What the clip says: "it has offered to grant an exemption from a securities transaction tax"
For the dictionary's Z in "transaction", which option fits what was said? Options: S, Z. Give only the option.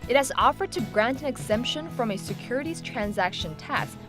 Z